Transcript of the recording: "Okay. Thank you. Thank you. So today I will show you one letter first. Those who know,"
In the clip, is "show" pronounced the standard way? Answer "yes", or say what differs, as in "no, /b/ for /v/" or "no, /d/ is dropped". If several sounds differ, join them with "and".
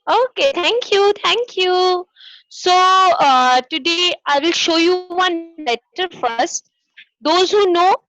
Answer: yes